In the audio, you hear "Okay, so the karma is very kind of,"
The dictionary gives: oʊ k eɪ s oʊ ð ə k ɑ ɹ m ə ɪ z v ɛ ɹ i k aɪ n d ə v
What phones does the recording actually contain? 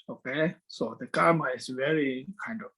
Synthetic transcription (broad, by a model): oʊ k eɪ s oʊ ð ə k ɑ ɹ m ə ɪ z v ɛ ɹ i k aɪ n d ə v